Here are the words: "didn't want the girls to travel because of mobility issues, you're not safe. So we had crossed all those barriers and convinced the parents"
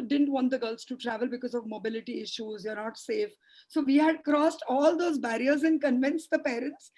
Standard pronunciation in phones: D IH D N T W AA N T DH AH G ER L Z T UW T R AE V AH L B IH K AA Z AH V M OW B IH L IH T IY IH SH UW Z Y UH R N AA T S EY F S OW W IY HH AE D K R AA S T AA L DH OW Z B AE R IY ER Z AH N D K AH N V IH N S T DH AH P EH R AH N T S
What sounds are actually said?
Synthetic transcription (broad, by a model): D IH D N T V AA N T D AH G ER L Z T UW T R AE V AH L B IH K AA Z AH V M OW B IH L IH T IY IH SH UW Z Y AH R N AA T S EY F S OW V IY HH AE D K R AA S T AA L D OW Z B AE R IY ER Z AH N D K AH N V IH N S T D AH P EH R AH N T S